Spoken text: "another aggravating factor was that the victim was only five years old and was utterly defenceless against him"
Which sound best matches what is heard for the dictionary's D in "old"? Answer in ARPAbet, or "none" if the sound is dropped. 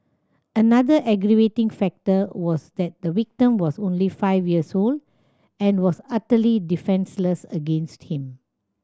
D